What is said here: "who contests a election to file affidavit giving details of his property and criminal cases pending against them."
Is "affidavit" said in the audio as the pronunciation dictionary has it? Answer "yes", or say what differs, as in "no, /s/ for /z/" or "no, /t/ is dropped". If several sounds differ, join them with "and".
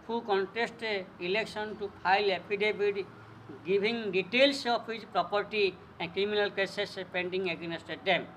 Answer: no, /p/ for /f/ and /b/ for /v/